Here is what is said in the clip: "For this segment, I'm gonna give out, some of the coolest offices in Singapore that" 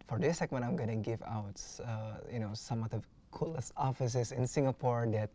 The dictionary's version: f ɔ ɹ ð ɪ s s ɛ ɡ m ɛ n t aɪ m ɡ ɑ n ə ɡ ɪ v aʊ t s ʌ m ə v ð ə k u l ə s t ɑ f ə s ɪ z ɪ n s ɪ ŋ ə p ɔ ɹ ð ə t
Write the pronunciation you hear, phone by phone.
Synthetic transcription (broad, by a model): f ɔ ɹ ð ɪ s s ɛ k m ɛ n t aɪ m ɡ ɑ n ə ɡ ɪ v aʊ t s ʌ m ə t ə k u l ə s ɑ f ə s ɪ s ɪ n s ɪ ŋ ə p ɔ ɹ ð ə t